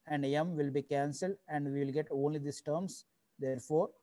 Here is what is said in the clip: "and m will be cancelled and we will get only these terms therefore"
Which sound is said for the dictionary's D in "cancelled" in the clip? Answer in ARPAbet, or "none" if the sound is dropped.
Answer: D